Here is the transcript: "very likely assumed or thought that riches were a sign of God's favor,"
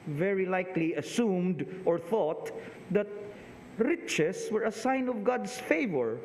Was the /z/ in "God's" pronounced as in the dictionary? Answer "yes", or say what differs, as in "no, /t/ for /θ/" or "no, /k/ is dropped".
no, /s/ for /z/